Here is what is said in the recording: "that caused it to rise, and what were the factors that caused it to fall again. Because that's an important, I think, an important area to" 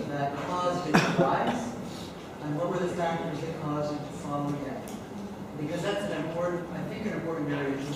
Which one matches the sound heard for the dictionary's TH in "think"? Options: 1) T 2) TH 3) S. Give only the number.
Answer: 2